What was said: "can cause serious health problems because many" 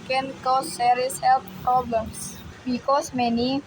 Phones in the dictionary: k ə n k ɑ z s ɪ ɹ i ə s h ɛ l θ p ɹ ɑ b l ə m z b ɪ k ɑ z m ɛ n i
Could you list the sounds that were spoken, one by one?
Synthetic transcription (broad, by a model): k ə n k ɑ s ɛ ɹ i s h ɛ l f p ɹ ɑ b l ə m s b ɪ k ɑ s m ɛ n i